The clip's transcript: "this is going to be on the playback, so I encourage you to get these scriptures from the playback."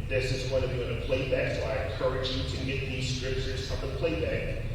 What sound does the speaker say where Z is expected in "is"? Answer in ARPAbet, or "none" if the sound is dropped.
Z